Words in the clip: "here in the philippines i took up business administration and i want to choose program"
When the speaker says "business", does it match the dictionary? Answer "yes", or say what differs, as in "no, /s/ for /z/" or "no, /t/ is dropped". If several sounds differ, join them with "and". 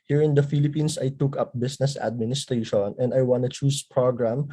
no, /s/ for /z/